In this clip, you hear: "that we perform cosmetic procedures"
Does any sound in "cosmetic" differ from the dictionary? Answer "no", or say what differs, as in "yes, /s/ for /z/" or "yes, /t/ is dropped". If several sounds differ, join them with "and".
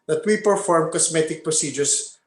yes, /s/ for /z/